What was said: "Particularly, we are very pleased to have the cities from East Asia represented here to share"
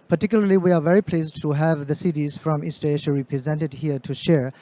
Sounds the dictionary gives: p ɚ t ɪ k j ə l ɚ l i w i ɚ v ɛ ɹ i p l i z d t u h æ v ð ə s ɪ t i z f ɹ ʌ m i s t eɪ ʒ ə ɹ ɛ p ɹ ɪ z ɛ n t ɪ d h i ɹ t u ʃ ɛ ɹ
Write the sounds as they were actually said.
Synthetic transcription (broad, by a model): p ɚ t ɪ k j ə l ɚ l i w i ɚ v ɛ ɹ i p l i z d t u h æ v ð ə s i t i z f ɹ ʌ m i s t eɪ ʃ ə ɹ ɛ p ɹ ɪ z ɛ n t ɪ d h i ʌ t u ʃ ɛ ɹ